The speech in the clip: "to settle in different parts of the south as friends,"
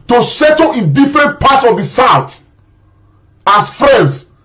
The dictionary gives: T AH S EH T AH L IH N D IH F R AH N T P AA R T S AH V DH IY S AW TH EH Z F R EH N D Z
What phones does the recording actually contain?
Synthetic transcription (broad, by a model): T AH S EH T AH L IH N D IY F R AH N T P AA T AH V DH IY S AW T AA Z F R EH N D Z